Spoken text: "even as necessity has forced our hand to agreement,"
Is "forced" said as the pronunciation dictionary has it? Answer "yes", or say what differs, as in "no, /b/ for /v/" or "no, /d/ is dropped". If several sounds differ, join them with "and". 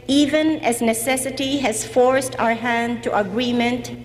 yes